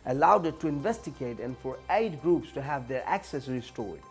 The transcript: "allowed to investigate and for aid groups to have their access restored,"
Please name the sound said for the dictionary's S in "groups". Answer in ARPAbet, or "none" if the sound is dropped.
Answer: S